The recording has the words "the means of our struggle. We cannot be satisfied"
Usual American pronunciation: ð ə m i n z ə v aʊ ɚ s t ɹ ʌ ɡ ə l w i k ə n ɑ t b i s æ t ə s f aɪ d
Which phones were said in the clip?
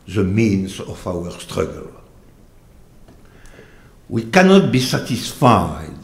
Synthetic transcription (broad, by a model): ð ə m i n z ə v aʊ ɚ s t ɹ ʌ ɡ ə l w i k ə n ɑ t b i s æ t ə s f aɪ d